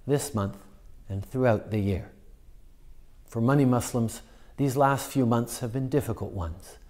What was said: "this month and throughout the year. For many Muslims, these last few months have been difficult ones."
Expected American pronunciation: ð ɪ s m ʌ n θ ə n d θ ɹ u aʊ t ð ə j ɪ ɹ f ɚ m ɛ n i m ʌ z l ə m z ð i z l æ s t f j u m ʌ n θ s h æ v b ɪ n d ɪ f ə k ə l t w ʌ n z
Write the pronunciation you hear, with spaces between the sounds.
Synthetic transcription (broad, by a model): ð ɪ s m ʌ n θ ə n θ ɹ u aʊ t ð ə j ɪ ɹ f ɚ m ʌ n i m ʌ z l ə m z ð i z l æ s t f j u m ʌ n θ s h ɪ v b ɪ n d ɪ f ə k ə l t w ʌ n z